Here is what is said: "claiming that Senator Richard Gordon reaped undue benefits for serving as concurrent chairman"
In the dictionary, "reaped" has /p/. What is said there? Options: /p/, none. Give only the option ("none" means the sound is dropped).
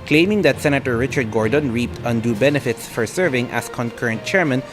/p/